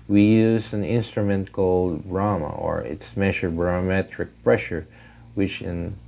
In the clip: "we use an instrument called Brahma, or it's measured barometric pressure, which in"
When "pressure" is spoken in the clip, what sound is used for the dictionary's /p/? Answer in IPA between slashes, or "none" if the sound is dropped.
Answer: /p/